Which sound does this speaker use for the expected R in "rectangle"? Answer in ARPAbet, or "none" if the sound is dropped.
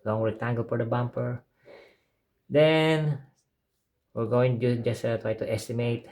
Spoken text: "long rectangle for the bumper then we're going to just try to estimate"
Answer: W